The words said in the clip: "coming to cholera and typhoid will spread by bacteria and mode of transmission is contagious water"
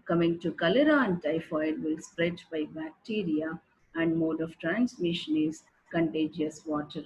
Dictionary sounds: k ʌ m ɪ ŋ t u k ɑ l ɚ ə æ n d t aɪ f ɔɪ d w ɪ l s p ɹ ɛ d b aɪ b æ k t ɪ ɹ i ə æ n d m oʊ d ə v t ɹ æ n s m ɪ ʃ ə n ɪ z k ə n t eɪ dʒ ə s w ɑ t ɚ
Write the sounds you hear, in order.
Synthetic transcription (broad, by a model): k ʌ m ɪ ŋ t u k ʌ l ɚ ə n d t aɪ f ɔɪ d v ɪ l s p ɹ ɛ d b aɪ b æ k t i ɹ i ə æ n d m oʊ d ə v t ɹ æ n s m ɪ ʃ ə n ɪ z k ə n t eɪ dʒ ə s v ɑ t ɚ